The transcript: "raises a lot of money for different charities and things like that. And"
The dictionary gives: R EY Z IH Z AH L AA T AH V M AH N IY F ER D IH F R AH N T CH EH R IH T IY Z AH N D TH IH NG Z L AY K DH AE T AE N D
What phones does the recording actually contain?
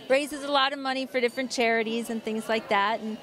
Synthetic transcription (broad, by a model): R EY Z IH Z AH L AA T AH V M AH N IY F ER D IH F R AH N CH EH R IH T IY Z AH N TH IH NG Z L AY K DH AE T N